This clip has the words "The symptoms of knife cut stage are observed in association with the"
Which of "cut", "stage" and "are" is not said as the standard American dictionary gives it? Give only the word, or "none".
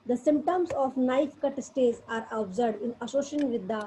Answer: stage